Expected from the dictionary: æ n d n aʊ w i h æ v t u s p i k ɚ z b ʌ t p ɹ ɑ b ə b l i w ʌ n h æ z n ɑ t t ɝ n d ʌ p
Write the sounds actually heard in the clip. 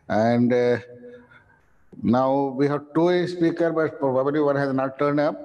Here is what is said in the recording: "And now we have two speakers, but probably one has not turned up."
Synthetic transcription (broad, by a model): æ n d n aʊ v i h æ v t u s p i k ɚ b ʌ t p ɹ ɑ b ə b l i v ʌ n h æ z n ɑ t t ɝ n d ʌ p